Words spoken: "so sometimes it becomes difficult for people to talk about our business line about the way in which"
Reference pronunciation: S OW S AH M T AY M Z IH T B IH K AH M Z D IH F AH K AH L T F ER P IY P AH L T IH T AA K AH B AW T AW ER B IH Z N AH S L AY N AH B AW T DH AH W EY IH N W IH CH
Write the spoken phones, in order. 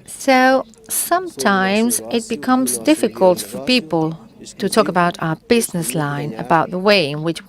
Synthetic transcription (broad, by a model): S OW S AH M T AY M Z IH T B IH K AH M Z D IH F AH K AH L T F ER P IY P AH L T IH T AA K AH B AW T AW ER B IH Z N AH S L AY N AH B AW T DH AH W EY IH N W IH CH